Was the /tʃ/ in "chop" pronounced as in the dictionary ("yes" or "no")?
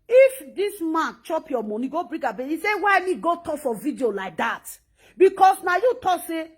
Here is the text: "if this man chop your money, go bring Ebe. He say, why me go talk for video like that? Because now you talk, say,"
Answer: yes